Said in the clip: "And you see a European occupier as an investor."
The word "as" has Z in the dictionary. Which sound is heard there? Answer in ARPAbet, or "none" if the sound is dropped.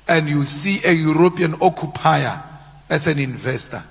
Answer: S